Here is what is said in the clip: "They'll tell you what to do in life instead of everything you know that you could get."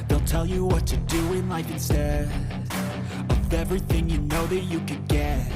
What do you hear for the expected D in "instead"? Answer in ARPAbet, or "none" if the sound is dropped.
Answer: none